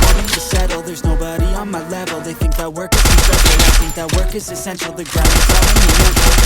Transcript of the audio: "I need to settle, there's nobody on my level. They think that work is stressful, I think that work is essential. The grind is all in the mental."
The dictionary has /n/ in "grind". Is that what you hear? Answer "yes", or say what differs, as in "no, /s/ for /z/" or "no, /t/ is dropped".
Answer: no, /n/ is dropped